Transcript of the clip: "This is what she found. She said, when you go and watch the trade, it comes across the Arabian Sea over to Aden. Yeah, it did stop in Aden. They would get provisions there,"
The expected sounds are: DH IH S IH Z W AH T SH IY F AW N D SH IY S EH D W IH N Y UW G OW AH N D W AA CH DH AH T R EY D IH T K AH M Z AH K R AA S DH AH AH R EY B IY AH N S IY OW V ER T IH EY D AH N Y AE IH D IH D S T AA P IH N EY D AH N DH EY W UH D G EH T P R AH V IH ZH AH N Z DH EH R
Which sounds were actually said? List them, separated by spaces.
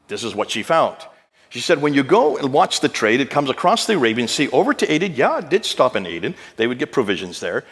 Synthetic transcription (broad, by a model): DH IH S IH Z W AH T SH IY F AW N D SH IY S EH D W IH N Y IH G OW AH N W AA CH DH AH T R EY D IH T K AH M Z AH K R AA S DH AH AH R EY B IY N S IY OW V ER T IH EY D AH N Y AE D IH D S T AA P IH N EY D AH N DH EY W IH D G EH T P R AH V IH ZH AH N Z DH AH R